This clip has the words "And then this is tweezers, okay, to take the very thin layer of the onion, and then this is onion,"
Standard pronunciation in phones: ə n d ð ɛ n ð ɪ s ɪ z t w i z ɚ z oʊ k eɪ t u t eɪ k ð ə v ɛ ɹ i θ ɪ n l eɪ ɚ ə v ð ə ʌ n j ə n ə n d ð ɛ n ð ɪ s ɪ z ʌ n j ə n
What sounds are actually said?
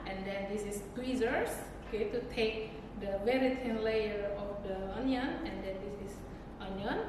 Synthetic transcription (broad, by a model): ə n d ɛ n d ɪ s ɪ s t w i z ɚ s oʊ k eɪ t u t eɪ k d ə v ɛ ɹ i t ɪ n l eɪ ɚ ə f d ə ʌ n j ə n ə n d ɛ n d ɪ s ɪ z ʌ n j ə n